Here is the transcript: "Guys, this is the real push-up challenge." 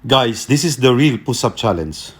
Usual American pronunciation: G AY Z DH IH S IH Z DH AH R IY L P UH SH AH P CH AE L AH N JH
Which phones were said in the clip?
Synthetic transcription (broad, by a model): G AY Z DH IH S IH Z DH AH R IY L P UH S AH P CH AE L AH N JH